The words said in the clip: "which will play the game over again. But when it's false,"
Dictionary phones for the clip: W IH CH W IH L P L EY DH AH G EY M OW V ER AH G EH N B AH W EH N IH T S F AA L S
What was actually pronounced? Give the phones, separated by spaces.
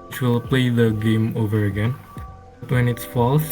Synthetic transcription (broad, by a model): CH W IH L P L EY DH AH G EY M OW V ER AH G EH N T W EH N IH T S F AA L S